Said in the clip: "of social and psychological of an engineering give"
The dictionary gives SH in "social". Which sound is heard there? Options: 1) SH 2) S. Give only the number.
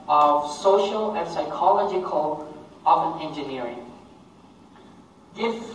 1